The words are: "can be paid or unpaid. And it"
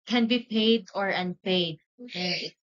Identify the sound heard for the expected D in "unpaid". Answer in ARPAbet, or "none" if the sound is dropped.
none